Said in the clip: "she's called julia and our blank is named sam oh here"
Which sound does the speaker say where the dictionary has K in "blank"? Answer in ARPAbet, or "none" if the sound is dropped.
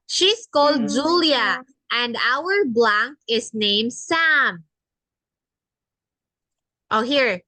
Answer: K